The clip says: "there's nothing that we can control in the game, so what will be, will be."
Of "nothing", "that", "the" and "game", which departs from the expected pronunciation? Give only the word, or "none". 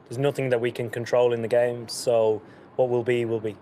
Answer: none